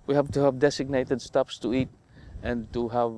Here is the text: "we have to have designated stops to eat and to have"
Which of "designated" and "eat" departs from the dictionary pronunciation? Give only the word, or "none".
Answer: designated